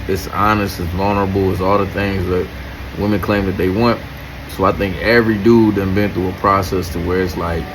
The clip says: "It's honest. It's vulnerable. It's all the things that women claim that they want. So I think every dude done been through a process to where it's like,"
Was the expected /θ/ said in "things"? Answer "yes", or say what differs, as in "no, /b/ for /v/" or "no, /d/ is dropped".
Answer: yes